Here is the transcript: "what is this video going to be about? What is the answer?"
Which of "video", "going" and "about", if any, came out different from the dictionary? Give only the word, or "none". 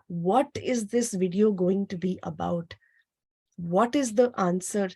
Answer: none